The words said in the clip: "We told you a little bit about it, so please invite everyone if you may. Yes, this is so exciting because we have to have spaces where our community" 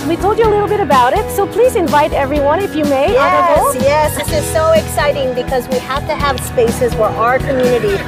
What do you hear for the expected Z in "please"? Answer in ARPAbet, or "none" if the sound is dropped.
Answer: Z